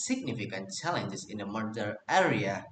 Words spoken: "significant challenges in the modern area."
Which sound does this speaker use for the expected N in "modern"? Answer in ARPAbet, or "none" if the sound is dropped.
none